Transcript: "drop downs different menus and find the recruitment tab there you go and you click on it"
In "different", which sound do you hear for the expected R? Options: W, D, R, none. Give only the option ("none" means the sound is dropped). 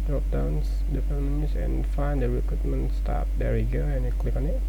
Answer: none